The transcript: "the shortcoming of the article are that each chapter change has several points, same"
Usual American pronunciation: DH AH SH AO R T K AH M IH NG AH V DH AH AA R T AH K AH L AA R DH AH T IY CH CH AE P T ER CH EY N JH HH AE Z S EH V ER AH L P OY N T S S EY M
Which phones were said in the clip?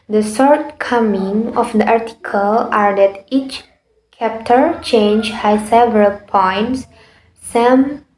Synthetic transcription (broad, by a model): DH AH S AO R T K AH M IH NG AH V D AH AA R T AH K AH L AA R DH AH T IY CH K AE P T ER CH EY N JH HH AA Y S EH V ER AH L P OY N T S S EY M